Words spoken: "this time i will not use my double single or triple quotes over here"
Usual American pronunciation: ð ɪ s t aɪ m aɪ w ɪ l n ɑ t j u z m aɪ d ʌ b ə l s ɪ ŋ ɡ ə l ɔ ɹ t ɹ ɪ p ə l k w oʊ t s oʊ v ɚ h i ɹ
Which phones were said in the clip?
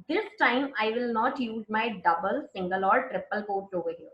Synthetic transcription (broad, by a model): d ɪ s t aɪ m aɪ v ɪ l n ɑ t j u z m aɪ d ʌ b ə l s ɪ ŋ ɡ ə l ɔ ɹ t ɹ ɪ p ə l k oʊ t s oʊ v ɚ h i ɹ